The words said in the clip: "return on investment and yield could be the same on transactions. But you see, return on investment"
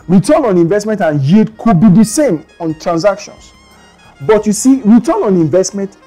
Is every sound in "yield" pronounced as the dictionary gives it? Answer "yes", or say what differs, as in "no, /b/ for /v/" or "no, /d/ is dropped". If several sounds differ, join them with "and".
no, /l/ is dropped